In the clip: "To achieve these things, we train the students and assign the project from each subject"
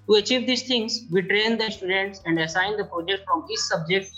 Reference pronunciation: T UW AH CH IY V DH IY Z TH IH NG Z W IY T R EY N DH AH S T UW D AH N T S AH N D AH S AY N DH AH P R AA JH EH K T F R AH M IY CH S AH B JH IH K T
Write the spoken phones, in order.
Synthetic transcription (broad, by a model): T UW AH CH IY V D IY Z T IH NG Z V IY T R EY N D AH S T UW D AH N T S AH N D AH S AY N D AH P R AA JH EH K T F R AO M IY S S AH B JH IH K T